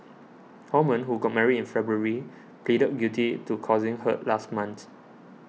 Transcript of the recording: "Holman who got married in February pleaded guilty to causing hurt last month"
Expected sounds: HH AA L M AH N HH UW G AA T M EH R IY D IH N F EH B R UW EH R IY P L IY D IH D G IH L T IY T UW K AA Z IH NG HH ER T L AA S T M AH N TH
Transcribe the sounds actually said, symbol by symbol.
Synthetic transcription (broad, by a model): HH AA M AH N HH UW G AA T M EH R IY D IH N F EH B R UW R IY P L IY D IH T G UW T IY T UW K AA Z IH NG HH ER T L AA S T M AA N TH